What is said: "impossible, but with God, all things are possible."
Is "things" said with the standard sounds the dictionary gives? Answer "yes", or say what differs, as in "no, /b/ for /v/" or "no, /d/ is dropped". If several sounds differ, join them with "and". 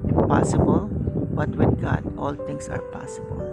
no, /t/ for /θ/ and /s/ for /z/